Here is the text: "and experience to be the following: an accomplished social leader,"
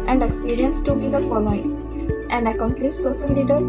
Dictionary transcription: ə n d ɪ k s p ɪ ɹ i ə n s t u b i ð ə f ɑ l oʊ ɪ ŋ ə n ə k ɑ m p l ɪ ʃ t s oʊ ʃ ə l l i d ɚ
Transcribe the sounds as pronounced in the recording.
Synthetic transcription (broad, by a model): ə n d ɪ k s p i ɹ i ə n s t u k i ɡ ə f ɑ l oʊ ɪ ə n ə k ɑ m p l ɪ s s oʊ s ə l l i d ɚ